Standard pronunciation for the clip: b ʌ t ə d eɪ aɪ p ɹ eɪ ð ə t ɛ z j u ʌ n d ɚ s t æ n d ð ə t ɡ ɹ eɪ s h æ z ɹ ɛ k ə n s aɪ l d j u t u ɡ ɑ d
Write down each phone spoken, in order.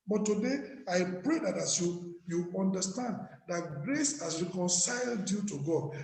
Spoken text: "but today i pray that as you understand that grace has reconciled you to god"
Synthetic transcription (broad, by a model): b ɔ t ə d eɪ aɪ p ɹ eɪ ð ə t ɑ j j u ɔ n d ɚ s t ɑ n d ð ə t ɡ ɹ eɪ s h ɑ s ɹ ɛ k ə n s aɪ l d j u t u ɡ ɑ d